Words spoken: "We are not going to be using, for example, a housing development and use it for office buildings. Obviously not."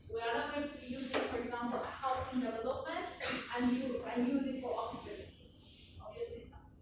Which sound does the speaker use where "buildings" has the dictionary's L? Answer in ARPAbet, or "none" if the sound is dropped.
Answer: none